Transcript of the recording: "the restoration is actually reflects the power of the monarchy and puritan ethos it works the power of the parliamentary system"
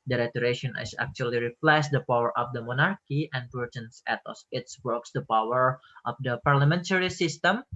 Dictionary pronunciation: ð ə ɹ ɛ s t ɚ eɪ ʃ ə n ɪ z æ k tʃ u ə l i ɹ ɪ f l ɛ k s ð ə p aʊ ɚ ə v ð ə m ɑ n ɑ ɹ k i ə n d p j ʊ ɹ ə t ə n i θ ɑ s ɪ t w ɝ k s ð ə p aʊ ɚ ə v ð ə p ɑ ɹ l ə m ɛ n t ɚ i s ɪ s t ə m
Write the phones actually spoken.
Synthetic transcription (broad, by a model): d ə ɹ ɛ t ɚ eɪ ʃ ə n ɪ s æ k tʃ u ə l i ɹ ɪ p l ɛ s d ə p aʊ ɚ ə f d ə m ɑ n ɑ ɹ k i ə n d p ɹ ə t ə n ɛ t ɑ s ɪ t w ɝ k s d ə p aʊ ɚ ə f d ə p ɑ ɹ l ə m ɛ n t ɚ i s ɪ s t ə m